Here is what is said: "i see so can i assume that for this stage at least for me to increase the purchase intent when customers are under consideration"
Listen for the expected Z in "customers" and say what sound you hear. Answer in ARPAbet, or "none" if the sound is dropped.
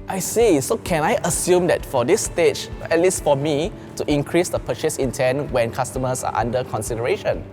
S